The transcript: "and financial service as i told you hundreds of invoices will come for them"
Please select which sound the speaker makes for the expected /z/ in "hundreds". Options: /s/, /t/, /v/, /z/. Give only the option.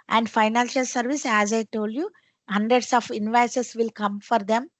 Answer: /s/